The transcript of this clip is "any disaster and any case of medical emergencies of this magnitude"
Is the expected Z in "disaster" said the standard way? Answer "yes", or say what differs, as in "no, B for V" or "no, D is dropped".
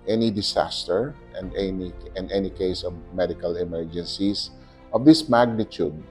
no, S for Z